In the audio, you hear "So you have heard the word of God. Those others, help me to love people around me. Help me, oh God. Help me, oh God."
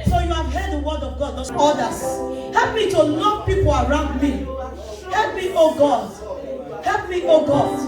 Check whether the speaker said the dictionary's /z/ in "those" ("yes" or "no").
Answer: no